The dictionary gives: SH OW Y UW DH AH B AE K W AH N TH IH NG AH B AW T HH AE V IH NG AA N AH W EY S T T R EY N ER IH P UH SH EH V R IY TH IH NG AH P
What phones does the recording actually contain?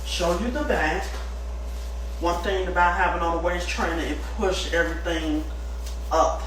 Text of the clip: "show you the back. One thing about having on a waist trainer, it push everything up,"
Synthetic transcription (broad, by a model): SH OW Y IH DH AH B AE K W AH N TH IH NG AH B AW T HH AE V IH NG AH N AH W EY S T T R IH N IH IH P UH SH EH V R IY TH IH NG AH P